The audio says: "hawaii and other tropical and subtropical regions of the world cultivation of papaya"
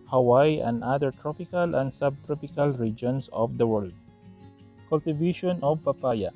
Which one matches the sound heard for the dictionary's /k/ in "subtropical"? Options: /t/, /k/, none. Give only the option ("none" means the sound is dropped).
/k/